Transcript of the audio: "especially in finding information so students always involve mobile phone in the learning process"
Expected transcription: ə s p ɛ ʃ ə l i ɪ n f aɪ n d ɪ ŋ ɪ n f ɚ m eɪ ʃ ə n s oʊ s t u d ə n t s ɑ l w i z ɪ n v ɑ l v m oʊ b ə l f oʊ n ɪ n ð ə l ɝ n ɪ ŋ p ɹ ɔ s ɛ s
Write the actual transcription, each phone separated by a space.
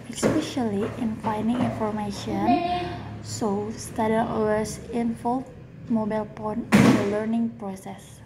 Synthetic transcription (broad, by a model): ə s p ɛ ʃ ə l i ɪ n f aɪ n d ɪ ŋ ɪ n f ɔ m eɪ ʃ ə n s oʊ s t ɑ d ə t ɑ w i s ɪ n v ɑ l m oʊ b ə l p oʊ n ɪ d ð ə l ɝ n ɪ ŋ p ɹ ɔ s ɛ s